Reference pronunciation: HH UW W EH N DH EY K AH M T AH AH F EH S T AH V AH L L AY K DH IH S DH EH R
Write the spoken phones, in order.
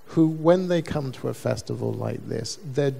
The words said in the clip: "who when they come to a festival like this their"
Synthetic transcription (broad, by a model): HH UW W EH N DH EY K AH M T AH AH F EH S T AH V AH L L AY K DH IH S DH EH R